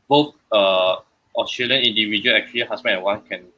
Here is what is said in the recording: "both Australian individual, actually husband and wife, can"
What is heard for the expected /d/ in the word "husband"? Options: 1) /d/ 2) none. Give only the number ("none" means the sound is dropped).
2